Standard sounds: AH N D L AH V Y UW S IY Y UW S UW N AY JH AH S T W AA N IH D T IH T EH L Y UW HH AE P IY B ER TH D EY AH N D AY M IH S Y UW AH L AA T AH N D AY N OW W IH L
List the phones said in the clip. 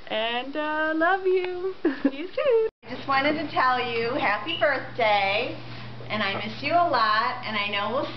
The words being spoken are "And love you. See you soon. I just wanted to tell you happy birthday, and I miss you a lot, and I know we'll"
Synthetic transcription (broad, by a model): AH N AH L AH V Y UW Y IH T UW AY JH AH S T W AA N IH D T IH T EH L Y UW HH AE P IY B ER TH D EY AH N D AY M IH S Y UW AH L AA T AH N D AY N OW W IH